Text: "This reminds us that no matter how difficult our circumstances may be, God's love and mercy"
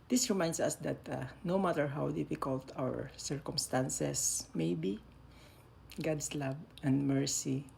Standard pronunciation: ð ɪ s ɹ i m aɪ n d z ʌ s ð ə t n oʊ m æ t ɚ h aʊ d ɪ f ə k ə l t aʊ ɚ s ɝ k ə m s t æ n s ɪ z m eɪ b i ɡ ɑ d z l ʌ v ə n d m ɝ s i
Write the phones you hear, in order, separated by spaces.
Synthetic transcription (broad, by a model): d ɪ s ɹ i m aɪ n d s ʌ s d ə t n oʊ m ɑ t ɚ h aʊ d ɪ f ə k ə l t aʊ ɚ s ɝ k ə m s t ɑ n s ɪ s m eɪ b i ɡ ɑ d s l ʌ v ə n d m ɝ s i